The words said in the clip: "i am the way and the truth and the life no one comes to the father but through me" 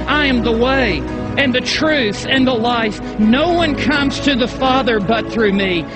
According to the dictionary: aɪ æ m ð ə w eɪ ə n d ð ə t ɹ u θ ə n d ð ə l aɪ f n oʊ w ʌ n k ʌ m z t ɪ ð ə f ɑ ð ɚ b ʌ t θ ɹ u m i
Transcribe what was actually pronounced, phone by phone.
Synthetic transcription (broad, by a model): aɪ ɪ m ð ə w eɪ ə n ð ə t ɹ u θ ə n ð ə l aɪ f n oʊ w ʌ n k ʌ m z t ɪ ð ə f ɑ ð ɚ b ʌ t θ ɹ u m i